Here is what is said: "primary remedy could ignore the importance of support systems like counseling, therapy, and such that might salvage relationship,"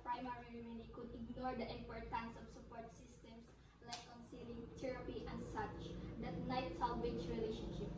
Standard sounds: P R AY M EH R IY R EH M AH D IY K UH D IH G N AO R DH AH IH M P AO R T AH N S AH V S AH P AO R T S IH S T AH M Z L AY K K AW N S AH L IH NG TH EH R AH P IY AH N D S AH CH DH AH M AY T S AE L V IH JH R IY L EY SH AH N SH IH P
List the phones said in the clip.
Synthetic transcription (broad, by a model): P R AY M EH R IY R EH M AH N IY K UH D IH G N AO R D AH IH M P AO R T AH N S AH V S AH P AO R T S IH S T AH M S L AY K K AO N S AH L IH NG T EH R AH P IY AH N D S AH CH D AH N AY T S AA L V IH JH R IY L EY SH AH N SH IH P